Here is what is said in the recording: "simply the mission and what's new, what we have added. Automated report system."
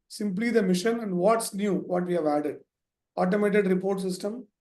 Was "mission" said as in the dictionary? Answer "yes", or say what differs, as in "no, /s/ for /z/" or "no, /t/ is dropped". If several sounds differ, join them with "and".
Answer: yes